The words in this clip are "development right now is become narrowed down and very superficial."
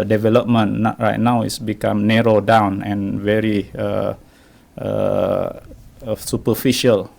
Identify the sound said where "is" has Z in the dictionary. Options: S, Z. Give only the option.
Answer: S